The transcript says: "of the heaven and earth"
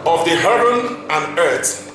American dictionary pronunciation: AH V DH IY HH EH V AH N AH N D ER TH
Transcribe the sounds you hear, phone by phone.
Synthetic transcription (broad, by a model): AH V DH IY HH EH B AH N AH N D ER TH